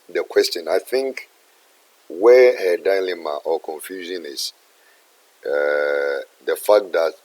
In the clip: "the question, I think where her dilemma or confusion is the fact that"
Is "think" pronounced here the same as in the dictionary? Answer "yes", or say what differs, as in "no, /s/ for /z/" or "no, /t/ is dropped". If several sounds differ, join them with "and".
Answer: yes